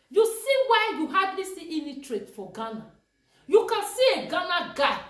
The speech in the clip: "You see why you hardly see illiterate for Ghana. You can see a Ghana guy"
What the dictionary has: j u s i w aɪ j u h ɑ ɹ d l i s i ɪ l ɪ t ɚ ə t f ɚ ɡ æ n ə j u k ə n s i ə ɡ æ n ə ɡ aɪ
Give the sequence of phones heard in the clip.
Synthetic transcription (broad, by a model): j u s i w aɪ j u h ɑ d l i s i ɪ n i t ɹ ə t f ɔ ɡ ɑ n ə j u k ə n s i ə ɡ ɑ n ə ɡ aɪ